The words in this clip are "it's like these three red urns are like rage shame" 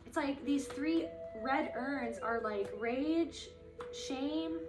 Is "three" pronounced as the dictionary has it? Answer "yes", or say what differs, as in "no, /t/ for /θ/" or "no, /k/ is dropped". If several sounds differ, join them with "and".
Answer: yes